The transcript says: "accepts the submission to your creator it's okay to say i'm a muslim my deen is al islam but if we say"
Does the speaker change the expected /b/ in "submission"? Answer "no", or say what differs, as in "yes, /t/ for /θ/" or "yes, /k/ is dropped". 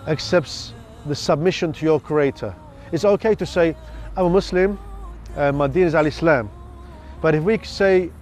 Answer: no